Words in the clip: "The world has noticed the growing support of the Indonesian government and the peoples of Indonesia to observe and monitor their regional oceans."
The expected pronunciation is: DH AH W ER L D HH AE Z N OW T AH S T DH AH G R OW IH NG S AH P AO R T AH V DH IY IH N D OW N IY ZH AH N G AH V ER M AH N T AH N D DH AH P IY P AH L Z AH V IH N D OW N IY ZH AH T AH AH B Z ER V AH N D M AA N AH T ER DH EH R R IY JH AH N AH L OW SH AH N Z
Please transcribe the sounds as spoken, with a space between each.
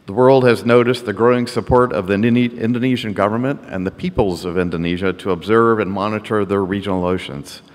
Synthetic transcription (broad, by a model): DH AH W ER L D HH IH Z N OW T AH S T DH AH G R OW IH NG S AH P AO R T AH V DH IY IH N D OW N IY ZH AH N G AH V ER M AH N T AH N DH AH P IY P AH L Z AH V IH N D OW N IY ZH AH T AH AH B Z ER V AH N M AA N AH T ER DH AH R R IY JH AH N L OW SH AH N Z